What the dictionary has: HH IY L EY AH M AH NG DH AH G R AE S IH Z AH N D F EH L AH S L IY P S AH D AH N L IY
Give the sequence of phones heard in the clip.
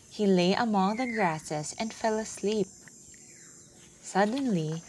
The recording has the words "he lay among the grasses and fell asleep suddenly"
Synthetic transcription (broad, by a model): HH IY L EY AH M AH NG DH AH G R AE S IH S AH N D F EH L AH S L IY P S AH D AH N L IY